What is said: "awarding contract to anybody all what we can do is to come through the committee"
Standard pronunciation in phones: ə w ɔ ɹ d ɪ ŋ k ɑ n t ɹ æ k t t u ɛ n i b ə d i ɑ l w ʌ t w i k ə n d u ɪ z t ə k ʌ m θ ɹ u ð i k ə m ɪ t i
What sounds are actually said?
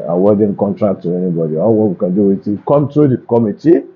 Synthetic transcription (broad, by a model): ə w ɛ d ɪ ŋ k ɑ n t ɹ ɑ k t t u ɛ n i b ə d i ɑ l w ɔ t w i k ə n d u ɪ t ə k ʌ m t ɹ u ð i k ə m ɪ t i